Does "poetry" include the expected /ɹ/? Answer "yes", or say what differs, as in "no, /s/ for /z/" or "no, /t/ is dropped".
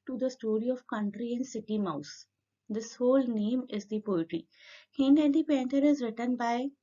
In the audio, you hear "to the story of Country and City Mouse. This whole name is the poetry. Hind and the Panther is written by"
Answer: yes